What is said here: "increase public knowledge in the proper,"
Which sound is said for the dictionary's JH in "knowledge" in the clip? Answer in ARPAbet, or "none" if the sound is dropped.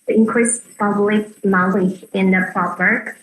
none